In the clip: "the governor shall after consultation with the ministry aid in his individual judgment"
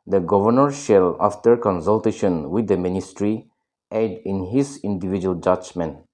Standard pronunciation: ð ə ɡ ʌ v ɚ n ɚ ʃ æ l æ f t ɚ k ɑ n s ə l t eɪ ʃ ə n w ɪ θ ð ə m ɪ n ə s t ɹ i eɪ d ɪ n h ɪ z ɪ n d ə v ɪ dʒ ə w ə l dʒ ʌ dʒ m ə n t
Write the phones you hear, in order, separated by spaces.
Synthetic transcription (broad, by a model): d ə ɡ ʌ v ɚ n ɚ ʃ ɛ l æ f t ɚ k ɑ n s ə l t eɪ ʃ ə n w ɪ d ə m ɪ n ə s t ɹ i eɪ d ɪ n h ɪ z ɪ n d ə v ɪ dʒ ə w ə l dʒ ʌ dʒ m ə n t